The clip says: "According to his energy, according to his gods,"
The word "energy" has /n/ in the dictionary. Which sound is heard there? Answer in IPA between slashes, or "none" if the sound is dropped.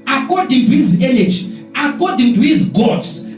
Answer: /l/